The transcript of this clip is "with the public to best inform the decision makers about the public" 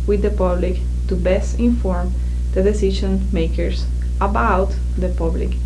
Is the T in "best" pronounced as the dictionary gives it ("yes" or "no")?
yes